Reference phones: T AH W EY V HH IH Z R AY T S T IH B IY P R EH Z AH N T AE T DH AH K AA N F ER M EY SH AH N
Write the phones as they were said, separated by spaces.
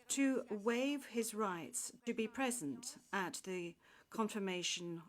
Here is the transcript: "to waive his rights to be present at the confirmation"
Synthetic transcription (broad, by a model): T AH W EY V IH Z R AY T S T IH B IY P R EH Z AH N T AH T DH AH K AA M F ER M EY SH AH N